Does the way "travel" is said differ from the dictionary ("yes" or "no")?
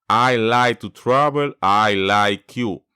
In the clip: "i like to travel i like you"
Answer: yes